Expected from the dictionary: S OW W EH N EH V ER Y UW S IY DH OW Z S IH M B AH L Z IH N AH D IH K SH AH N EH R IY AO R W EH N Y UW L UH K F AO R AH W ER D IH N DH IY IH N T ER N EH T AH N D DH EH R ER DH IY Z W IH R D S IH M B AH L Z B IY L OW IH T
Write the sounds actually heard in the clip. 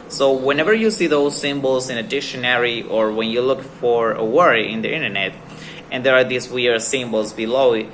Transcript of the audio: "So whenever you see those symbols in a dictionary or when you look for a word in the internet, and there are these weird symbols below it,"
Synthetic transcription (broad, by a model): S OW W EH N EH V ER Y UW S IY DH OW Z S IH M B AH L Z IH N AH D IH K SH AH N EH R IY AO R W EH N Y UW L UH K F AO R AH W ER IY IH N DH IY IH N T ER N EH T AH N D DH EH R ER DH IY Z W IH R S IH M B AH L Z B IY L OW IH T